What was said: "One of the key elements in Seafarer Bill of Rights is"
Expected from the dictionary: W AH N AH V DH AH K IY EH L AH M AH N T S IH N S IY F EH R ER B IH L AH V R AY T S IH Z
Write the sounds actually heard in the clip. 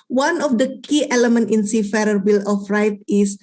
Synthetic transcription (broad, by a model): W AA N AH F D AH K IY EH L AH M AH N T IH N S IY F EH R ER B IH L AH F R AY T IH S